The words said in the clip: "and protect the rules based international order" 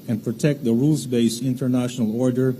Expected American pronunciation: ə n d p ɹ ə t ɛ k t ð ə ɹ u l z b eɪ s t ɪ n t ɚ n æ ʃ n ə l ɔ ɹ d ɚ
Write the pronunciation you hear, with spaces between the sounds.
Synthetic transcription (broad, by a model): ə n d p ɹ ə t ɛ k t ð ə ɹ u l z b eɪ s ɪ n t ɚ n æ ʃ n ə l ɔ ɹ d ɚ